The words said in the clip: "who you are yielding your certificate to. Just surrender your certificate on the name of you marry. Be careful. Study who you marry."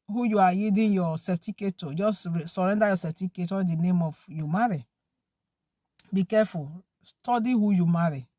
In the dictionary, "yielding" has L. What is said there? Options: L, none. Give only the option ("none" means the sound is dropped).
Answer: none